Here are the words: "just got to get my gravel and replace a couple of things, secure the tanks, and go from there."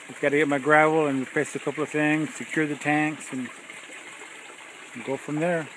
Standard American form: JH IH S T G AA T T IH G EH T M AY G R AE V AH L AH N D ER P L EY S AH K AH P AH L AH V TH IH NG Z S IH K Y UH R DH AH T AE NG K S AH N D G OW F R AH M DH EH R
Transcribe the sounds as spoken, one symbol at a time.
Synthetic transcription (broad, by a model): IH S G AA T T IH G EH T M AY G R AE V L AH N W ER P EY S AH K AH P L AH V TH IH NG Z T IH K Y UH R DH AH T AE NG K S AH N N G OW F R AH M DH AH R